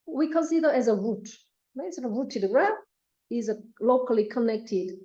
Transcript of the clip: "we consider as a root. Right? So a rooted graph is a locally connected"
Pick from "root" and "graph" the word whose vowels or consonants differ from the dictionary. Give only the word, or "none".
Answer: graph